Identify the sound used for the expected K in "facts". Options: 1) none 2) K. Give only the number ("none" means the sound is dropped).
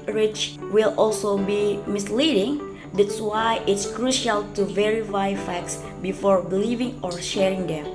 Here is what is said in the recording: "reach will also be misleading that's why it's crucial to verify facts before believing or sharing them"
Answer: 2